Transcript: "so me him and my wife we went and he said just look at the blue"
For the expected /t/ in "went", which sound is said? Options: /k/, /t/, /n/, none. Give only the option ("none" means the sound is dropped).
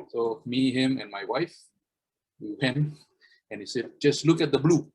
none